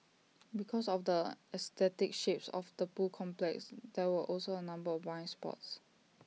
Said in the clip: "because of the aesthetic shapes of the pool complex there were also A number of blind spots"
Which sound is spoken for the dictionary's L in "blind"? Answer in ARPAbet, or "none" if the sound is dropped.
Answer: none